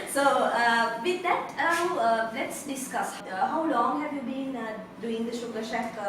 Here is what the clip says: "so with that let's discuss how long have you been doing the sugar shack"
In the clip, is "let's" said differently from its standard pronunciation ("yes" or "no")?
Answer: no